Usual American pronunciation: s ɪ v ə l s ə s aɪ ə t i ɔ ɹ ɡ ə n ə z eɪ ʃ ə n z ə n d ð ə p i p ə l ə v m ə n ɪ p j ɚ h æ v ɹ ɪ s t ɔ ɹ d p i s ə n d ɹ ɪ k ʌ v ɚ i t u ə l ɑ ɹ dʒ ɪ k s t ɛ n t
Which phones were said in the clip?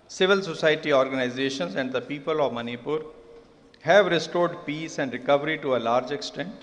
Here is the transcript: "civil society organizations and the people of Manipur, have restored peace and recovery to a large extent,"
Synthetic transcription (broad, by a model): s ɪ v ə l s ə s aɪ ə t i ɔ ɹ ɡ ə n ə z eɪ ʃ ə n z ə n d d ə p i p ə l ə v m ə n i p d h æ v ɹ ɪ s t ɔ ɹ d p i s ə n d ɹ ɪ k ʌ v ɚ i t u ə l ɑ ɹ dʒ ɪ k s t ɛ n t